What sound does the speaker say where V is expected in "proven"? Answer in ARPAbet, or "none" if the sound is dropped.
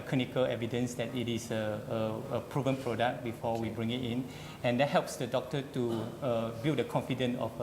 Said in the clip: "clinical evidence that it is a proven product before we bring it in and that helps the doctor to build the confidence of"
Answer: V